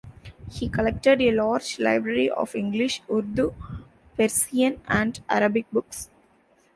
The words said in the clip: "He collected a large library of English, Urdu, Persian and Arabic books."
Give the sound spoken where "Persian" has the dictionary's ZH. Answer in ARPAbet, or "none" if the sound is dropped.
S